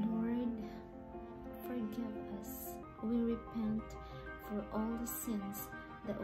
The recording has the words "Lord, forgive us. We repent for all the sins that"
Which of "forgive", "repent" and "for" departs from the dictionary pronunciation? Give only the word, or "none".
forgive